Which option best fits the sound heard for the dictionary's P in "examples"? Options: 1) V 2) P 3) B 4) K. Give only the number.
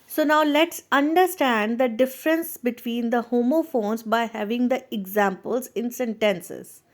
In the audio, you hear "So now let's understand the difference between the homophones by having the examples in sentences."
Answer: 2